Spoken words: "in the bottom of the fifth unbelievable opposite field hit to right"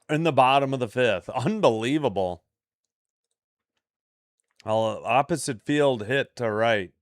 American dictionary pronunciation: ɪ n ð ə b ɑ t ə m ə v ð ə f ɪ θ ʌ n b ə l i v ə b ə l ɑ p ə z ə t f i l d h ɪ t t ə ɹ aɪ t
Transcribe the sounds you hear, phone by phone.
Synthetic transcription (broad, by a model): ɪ n ð ə b ɑ t ə m ə v ð ə f ɪ θ ʌ n b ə l i v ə b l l ɑ p ə z ə t f i l d h ɪ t t ə ɹ aɪ t